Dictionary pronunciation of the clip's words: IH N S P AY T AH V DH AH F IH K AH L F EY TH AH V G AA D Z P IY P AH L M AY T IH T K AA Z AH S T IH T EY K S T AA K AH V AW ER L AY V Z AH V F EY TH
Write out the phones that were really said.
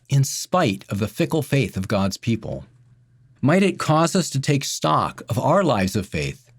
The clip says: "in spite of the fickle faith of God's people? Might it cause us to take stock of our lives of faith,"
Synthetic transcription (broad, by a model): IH N S P AY T AH V DH AH F IH K L F EY TH AH V G AA D Z P IY P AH L M AY T IH T K AA Z AH S T IH T EY K S T AA K AH V AW ER L AY V Z AH V F EY TH